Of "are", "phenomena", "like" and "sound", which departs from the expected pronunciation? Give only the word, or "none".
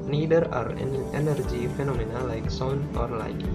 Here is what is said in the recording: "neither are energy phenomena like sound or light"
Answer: sound